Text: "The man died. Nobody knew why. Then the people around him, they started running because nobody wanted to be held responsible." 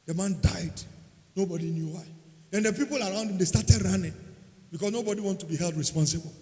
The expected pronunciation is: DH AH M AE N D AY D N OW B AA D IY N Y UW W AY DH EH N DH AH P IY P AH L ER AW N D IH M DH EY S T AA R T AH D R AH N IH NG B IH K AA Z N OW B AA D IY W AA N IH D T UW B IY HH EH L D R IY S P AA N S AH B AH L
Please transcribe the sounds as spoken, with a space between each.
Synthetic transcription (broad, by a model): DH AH M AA N D AY D N OW B AA D IY N Y UW W AY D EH N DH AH P IY P AH L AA AW N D IH M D EY S T AA T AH D R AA N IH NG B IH K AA S N OW B AA D IY W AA N T UW B IY HH EH L D R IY S P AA N S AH B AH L